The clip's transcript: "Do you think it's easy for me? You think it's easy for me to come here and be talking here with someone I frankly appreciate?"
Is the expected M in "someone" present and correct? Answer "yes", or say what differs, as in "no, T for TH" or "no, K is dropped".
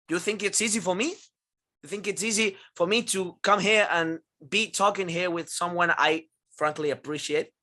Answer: yes